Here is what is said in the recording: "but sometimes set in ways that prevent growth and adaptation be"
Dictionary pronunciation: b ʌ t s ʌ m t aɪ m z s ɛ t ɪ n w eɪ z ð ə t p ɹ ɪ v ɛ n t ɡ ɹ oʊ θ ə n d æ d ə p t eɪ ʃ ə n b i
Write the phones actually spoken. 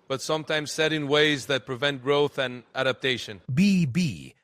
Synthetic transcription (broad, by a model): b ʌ t s ʌ m t aɪ m z s ɛ t ɪ n w eɪ z ð ə t p ɹ ɪ v ɛ n t ɡ ɹ oʊ θ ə n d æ d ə p t eɪ ʃ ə n b i